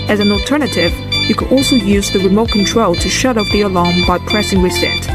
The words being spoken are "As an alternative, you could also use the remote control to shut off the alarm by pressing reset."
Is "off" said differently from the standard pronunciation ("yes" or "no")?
yes